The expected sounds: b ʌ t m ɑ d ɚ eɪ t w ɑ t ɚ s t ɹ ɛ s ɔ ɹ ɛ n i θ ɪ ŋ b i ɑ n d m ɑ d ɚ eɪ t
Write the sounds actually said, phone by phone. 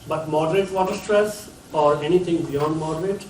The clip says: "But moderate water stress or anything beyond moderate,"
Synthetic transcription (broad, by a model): b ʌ t m ɑ d ɚ eɪ t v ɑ t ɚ s t ɹ ɛ s ɔ ɹ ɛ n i t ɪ ŋ b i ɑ n d m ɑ d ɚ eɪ t